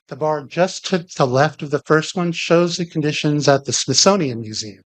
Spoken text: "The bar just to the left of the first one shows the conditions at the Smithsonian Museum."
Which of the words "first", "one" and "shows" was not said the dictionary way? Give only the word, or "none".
none